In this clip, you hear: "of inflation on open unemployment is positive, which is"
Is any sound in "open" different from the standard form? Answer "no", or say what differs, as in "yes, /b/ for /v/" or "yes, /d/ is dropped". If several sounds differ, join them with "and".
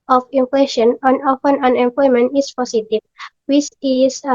yes, /f/ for /p/